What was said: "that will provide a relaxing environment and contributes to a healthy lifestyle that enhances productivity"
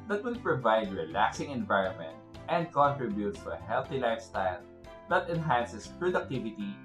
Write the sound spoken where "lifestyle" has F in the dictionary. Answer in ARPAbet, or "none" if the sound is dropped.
F